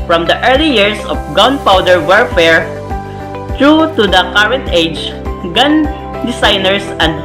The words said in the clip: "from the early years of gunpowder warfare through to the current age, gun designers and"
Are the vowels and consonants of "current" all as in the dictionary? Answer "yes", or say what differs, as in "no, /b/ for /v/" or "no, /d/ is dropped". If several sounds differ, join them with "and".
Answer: yes